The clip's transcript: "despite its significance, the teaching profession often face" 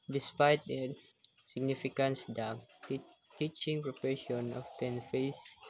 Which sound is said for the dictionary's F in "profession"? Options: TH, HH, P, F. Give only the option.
P